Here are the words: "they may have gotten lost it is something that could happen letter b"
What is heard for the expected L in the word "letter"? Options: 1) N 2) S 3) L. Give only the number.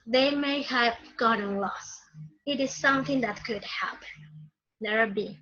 1